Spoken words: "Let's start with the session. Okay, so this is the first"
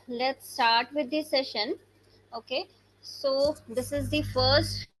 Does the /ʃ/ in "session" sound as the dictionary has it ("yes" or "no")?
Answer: yes